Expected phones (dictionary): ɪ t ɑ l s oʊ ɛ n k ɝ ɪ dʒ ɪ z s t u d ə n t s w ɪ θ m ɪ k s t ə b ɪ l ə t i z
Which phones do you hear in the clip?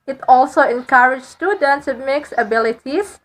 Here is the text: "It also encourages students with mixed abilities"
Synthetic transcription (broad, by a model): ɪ t ɑ l s oʊ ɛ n k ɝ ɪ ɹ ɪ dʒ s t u d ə n t s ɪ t m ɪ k s ə b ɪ l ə t i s